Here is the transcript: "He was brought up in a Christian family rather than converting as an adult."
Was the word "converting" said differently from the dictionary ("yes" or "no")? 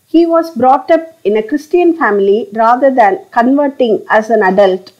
no